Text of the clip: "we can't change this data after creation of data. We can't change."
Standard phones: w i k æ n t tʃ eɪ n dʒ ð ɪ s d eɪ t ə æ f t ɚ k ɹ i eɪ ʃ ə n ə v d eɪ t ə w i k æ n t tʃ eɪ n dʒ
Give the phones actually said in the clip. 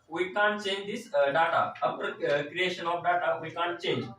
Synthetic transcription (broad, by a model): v i k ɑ n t tʃ eɪ n dʒ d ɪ s d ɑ t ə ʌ p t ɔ k ɹ i eɪ ʃ ə n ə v d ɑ t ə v i k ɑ n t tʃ eɪ n dʒ